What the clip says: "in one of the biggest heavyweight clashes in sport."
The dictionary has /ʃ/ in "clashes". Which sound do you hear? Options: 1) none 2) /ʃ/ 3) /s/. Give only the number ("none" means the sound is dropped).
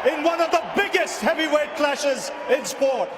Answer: 2